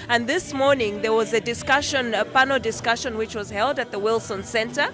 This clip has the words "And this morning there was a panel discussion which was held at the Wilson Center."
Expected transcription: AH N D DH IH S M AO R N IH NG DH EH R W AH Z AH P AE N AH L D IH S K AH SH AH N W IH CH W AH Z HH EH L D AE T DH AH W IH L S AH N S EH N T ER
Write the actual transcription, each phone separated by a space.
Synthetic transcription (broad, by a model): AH N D DH IH S M AO R N IH NG DH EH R W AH Z AH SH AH N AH N D IH S K AH SH AH N W IH CH W AH Z HH EH L D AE T DH AH W IH L S AH N S EH N T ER